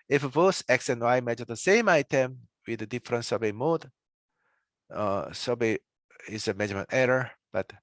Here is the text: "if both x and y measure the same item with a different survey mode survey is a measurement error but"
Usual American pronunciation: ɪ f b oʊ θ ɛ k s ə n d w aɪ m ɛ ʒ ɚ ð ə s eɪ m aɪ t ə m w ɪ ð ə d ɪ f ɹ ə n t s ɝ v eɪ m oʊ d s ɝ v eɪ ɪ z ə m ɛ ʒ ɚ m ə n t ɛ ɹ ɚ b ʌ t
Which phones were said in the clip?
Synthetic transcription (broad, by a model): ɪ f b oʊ s ɛ k s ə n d w aɪ m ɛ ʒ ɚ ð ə s eɪ m aɪ t ə m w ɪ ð ə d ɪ f ɹ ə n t s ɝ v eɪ m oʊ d s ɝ b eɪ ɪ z ə m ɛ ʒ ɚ m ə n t ɛ ɹ ɚ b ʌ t